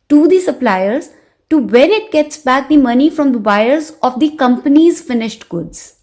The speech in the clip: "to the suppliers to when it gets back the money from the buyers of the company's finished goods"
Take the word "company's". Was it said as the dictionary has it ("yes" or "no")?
yes